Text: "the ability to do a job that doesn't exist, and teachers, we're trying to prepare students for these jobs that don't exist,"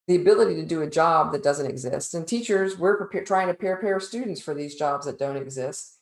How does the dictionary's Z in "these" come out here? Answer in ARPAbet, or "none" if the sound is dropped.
Z